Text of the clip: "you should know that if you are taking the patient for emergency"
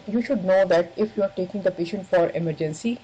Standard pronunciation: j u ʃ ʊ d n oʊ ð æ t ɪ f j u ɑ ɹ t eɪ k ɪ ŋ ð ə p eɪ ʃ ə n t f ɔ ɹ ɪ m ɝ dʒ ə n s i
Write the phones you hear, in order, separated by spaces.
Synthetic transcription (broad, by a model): j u ʃ ʊ d n oʊ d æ t ɪ f j u ɑ ɹ t eɪ k ɪ ŋ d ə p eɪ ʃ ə n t f ɔ ɹ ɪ m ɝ dʒ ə n s i